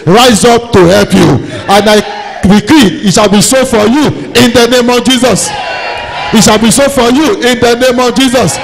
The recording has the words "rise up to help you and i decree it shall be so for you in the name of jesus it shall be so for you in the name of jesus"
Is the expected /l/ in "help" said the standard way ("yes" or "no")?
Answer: yes